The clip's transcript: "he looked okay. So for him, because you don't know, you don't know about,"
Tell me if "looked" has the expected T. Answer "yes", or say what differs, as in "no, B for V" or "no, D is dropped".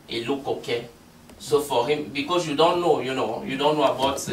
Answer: no, T is dropped